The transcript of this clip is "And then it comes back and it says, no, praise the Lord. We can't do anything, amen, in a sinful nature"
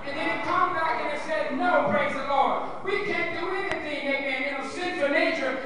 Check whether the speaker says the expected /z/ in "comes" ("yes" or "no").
no